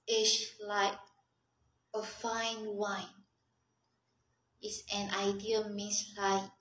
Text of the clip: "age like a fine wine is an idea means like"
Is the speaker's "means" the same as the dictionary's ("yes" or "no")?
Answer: no